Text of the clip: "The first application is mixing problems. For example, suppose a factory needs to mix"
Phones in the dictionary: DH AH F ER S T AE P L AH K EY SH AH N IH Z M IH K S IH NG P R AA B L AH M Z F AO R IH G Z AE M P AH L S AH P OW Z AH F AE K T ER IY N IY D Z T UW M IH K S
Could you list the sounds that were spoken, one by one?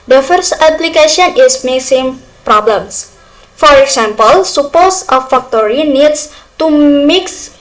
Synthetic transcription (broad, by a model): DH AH F ER S T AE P L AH K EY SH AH N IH S M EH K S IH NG P R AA B L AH M S F AO R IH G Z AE M P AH L S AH P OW S AH F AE K T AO IY N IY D S T UW M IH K S